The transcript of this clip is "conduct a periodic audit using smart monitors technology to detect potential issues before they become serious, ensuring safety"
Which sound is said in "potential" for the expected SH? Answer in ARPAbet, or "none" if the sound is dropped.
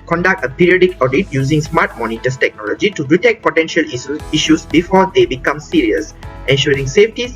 SH